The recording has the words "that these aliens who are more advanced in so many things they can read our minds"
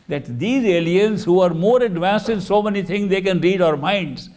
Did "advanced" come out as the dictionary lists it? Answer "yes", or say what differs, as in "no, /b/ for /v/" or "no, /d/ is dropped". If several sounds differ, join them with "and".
yes